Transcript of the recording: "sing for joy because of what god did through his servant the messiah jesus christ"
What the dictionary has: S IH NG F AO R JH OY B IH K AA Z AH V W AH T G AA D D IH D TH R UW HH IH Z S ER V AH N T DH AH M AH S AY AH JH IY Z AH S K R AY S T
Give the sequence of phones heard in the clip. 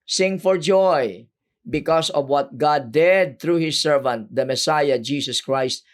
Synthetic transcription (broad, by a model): S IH NG F AO R JH OY B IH K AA S AH V W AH T G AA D D IH D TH R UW HH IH S ER V AH N T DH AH M AH S AY AH JH IY S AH S K R AY S T